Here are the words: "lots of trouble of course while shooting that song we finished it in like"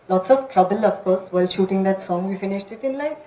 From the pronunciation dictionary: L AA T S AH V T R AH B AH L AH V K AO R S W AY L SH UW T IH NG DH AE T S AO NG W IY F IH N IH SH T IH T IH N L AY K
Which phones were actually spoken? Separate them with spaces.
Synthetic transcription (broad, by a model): L AA T S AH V T R AH B AH L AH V K AO R S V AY L SH UW T IH NG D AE T S AO NG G IY F IH N IH SH T IH T IH N L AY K